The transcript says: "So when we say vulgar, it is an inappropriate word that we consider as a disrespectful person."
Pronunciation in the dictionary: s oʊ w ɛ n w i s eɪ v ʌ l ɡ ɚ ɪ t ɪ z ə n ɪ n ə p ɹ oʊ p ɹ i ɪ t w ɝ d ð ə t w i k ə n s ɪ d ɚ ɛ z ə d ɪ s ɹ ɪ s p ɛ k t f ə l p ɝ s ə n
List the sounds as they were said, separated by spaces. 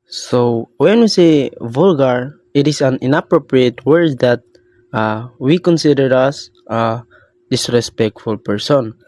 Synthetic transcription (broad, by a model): s oʊ w ɛ n w i s eɪ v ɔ l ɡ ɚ ɪ t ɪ s ə n ɪ n ə p ɹ oʊ p ɹ i ɪ t w ɝ d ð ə t w i k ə n s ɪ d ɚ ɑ s ə d ɪ s ɹ ɪ s p ɛ k t f ə l p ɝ s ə n